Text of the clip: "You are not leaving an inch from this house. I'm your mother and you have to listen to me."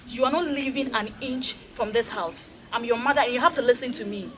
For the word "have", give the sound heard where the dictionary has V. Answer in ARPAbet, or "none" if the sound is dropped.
F